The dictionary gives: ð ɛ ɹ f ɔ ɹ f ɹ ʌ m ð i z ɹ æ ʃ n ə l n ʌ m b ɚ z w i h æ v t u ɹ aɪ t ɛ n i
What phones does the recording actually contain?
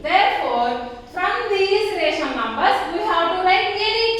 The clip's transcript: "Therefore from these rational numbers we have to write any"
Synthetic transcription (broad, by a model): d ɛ ɹ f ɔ ɹ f ɹ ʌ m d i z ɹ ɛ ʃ ə n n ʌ m b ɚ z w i h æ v t u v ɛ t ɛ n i